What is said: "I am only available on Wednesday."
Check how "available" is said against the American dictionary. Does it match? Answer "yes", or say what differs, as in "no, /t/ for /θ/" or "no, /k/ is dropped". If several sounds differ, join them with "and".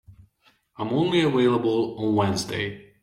no, /w/ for /v/